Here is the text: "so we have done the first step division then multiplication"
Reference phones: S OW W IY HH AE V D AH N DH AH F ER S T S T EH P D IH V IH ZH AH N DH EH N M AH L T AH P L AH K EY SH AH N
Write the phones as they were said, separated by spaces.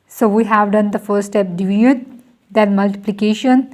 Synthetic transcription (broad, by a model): S OW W IY HH AE V D AH N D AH F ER T S T EH P D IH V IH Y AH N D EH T M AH L T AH P L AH K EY SH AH N